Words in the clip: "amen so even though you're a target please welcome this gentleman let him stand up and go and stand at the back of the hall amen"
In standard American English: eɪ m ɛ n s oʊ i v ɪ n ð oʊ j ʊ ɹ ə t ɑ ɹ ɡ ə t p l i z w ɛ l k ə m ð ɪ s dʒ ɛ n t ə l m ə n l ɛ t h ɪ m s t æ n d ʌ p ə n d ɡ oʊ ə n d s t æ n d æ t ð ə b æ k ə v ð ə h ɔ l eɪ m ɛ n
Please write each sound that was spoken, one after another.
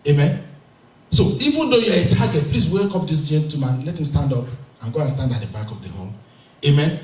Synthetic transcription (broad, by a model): eɪ m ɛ n s oʊ i v ɪ n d oʊ j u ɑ ə t ɑ ɡ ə t p l i s w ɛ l k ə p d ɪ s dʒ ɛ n t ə m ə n l ɛ t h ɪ m s t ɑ n d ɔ p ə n ɡ oʊ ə n s t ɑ n d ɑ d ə b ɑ k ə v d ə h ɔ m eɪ m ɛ n